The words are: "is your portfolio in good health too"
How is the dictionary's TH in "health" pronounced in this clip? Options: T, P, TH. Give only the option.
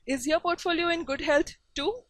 T